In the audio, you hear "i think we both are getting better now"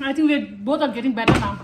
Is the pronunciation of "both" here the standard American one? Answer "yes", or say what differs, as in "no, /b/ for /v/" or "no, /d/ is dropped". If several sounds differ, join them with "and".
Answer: no, /t/ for /θ/